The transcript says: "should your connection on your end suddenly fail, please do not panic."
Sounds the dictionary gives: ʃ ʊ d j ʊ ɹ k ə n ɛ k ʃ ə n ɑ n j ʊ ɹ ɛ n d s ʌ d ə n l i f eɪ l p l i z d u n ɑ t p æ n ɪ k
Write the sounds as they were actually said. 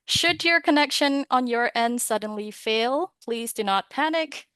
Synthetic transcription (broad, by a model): ʃ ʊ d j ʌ ɹ k ə n ɛ k ʃ ə n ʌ n j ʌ ɹ ɛ n d s ʌ d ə n l i f eɪ l p l i z d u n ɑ t p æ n ɪ k